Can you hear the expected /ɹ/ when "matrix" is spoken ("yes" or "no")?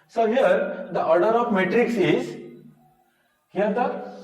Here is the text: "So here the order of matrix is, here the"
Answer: yes